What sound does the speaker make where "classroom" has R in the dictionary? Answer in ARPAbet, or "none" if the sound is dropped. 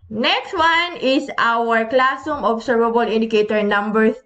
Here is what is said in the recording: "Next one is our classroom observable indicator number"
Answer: none